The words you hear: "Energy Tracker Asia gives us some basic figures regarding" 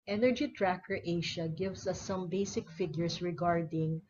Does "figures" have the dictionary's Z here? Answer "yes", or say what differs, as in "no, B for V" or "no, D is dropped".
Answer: no, S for Z